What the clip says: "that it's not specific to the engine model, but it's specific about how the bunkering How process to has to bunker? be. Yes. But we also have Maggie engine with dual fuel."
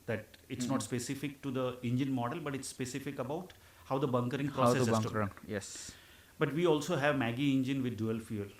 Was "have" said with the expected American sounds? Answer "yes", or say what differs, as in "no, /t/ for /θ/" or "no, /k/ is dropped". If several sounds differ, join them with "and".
yes